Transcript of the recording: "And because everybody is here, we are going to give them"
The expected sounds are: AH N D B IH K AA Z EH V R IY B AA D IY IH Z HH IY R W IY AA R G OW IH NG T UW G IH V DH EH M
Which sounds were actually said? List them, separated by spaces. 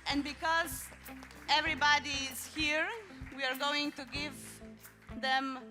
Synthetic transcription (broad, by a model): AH N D B IH K AA Z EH V R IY B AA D IY IH Z HH IY R W IY AA R G OW IH NG T UW G IH V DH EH M